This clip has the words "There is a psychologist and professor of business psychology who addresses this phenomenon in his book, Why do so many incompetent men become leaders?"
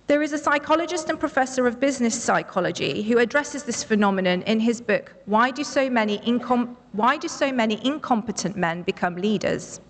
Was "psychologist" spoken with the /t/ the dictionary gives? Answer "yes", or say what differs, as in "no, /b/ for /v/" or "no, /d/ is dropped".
yes